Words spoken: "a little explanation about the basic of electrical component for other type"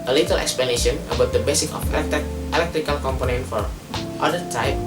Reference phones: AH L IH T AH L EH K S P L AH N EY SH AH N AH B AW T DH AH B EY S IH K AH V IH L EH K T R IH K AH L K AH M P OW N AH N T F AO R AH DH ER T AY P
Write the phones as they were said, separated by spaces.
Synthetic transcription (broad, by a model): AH L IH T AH L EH K S P L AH N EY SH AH N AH B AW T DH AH B EY S IH K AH F IH L EH K T R IH K AH L K AH M P OW N AH N T F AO R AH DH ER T AY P